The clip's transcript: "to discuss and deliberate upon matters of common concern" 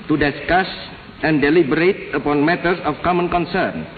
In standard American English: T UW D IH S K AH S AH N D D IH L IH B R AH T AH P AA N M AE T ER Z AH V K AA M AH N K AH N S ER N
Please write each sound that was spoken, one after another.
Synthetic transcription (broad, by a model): T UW D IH S K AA S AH N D D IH L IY B R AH T AH P AA N M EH T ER S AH F K AA M AH N K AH N S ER N